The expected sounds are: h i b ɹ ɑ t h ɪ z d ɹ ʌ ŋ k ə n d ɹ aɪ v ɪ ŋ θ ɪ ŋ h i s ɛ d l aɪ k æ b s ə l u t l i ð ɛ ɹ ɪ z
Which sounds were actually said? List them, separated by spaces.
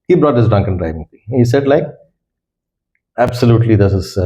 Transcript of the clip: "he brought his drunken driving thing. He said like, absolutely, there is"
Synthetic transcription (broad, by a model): h i b ɹ ɑ t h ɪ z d ʌ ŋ k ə n d ɹ aɪ v ɪ ŋ t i h i s ɛ d l aɪ k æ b s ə l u t l i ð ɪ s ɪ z